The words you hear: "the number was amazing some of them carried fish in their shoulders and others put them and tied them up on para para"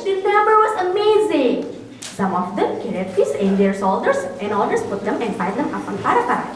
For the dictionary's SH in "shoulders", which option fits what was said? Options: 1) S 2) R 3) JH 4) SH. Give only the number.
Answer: 1